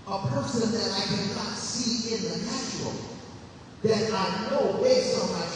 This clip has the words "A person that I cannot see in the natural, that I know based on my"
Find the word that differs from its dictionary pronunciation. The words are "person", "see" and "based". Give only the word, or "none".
based